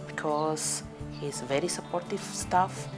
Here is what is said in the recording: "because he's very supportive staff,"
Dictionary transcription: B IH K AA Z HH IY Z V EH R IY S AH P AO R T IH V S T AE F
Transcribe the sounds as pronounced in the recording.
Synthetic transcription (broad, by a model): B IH K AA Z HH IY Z V EH R IY S AH P AO R T IH V S T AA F